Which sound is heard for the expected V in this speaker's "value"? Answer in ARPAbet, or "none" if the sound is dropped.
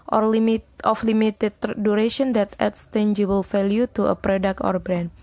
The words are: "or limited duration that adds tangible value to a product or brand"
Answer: F